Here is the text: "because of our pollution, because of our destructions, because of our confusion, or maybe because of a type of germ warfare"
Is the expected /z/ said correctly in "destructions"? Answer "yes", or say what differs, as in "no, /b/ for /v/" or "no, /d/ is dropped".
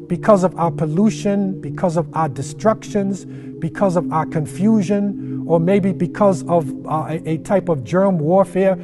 yes